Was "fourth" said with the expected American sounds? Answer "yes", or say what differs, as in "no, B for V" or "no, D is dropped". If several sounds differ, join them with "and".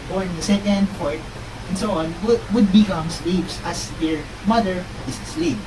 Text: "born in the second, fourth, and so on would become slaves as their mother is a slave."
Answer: no, T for TH